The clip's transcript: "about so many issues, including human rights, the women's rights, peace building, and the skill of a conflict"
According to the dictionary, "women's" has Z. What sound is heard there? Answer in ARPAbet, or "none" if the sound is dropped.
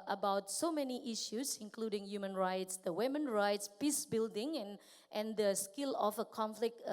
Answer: none